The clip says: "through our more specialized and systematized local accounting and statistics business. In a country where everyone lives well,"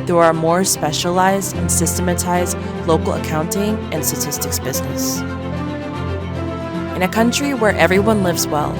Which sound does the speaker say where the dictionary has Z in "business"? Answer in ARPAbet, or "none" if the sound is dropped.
Z